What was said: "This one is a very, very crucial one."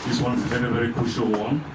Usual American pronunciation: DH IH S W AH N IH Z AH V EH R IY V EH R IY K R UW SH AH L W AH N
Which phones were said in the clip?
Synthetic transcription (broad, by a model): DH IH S W AH N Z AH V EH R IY V EH R IY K UW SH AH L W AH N